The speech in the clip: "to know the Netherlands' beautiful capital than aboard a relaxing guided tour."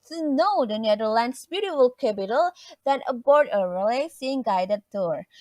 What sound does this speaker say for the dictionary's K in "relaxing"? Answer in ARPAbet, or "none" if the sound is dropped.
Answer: none